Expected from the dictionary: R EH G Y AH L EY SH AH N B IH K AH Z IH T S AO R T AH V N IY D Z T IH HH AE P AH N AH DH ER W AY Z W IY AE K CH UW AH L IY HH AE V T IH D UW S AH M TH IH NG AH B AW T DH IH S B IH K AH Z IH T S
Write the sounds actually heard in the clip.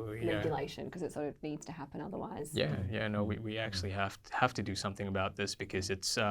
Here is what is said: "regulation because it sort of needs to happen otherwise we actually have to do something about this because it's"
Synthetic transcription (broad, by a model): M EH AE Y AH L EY SH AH N K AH Z IH T S AO R T AH V N IY D Z T IH HH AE P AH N AH DH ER W AY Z W IY AE K CH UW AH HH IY HH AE F T IH D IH S AH M TH IH NG AH B AW T DH IH S B IH K AH Z IH T S